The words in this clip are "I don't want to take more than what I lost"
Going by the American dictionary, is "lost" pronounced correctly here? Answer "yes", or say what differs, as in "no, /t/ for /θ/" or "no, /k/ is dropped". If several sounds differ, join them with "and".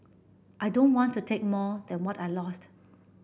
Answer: yes